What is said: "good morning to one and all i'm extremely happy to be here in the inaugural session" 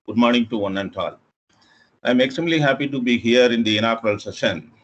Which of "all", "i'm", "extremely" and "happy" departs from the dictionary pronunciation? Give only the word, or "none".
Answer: extremely